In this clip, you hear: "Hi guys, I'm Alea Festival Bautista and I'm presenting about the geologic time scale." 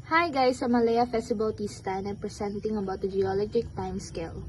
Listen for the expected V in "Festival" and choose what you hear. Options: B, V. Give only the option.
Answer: B